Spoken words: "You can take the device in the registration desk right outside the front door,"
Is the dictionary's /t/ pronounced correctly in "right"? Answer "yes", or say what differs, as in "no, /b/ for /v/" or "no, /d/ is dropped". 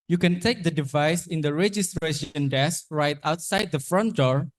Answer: yes